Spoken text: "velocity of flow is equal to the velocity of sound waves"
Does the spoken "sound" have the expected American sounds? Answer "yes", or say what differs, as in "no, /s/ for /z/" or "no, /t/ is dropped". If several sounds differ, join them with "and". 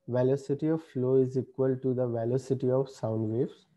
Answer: yes